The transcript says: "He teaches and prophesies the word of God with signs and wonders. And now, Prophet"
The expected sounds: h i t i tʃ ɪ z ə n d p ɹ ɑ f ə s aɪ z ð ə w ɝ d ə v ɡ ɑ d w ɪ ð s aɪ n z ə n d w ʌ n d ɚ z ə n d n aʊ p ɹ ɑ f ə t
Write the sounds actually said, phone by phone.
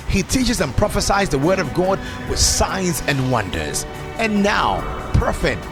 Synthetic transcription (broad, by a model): h i t i tʃ ɪ z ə n p ɹ ɑ f ə s aɪ z ð ə w ɝ d ə v ɡ ɑ d w ɪ ð s aɪ n z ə n w ʌ n d ɚ z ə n n aʊ p ɹ f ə t